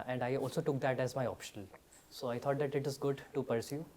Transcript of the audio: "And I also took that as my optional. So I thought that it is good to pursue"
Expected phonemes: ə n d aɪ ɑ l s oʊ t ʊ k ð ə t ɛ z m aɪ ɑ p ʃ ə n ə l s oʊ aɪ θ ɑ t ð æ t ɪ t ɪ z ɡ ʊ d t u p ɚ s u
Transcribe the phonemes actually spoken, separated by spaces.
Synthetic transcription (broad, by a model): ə n d aɪ ɑ l s oʊ t ʊ k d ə t ɛ z m aɪ ɑ p ʃ ə n ə l s oʊ aɪ t ɑ t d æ t ɪ t ɪ z ɡ ʊ d t u p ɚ s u